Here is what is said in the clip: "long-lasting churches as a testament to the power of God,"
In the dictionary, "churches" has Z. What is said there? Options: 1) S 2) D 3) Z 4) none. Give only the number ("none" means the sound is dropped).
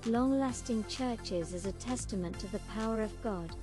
3